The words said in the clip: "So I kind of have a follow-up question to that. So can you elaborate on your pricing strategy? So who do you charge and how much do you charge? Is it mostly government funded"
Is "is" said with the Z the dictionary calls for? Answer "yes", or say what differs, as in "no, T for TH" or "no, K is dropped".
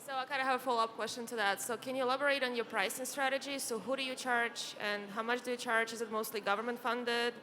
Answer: yes